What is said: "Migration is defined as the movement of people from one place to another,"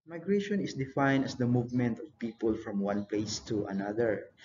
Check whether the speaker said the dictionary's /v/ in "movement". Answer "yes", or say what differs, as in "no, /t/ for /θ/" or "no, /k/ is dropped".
yes